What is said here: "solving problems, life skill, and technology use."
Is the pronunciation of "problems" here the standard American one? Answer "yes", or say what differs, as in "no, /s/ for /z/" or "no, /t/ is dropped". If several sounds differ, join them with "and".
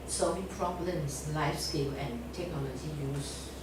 no, /s/ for /z/